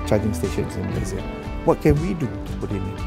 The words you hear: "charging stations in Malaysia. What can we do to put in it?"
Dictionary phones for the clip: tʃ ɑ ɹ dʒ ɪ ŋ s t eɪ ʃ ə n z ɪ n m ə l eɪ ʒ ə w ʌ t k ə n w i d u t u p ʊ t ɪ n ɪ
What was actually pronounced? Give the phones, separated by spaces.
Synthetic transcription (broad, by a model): tʃ ɑ dʒ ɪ ŋ s t eɪ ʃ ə n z ɪ n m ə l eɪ z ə w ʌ t k ə n w i d u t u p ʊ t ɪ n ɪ